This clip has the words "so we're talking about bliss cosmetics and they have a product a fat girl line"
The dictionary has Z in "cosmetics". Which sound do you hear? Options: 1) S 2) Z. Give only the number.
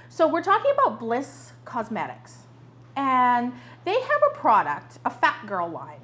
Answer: 2